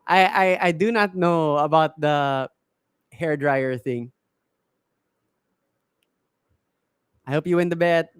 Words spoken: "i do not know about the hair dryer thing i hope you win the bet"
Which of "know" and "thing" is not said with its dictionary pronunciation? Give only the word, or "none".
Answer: none